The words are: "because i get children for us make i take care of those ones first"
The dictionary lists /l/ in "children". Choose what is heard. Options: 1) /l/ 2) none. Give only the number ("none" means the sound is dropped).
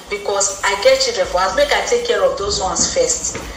2